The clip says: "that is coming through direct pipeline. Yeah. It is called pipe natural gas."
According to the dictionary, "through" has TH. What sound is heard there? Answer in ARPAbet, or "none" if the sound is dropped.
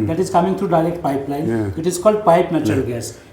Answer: T